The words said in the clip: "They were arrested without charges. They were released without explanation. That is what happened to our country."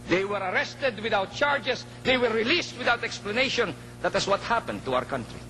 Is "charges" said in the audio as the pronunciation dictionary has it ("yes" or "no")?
no